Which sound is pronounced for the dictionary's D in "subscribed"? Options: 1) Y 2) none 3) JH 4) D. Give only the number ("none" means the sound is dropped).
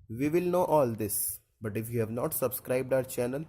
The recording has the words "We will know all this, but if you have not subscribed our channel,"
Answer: 4